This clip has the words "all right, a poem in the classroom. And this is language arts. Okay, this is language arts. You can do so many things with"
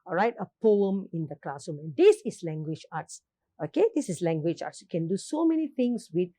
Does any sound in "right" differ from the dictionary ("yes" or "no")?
no